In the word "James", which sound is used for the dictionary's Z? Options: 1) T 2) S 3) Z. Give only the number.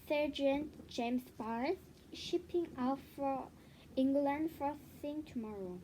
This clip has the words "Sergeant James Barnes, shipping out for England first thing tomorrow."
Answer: 2